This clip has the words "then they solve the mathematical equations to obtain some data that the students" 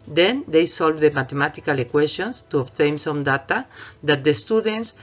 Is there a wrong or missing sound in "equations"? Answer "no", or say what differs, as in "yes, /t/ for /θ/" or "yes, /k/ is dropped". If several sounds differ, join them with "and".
yes, /s/ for /ʒ/ and /s/ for /z/